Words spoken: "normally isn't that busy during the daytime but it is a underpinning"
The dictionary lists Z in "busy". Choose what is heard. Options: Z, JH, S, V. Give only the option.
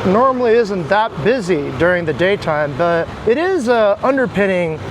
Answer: Z